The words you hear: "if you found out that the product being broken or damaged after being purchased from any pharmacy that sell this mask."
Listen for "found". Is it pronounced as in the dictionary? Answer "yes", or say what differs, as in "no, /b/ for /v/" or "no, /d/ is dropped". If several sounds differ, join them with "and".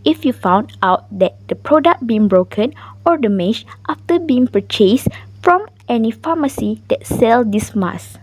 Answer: yes